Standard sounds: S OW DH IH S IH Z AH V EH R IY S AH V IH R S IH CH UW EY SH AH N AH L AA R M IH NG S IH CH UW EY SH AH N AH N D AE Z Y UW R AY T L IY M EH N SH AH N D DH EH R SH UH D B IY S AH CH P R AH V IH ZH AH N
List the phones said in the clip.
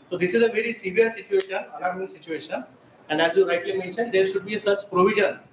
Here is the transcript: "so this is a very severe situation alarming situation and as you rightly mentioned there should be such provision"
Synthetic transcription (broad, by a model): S OW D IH S IH Z AH V EH R IY S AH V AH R S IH CH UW EY SH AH N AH N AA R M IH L S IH CH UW EY SH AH N AH N D AE Z Y UW R AY T L IY M EH N SH AH N D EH R SH UH D B IY S AH CH P R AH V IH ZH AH N